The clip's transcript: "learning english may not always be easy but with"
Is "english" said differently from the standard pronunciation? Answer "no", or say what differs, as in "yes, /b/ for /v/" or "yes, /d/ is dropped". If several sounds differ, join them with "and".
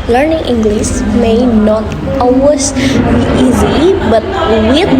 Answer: yes, /s/ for /ʃ/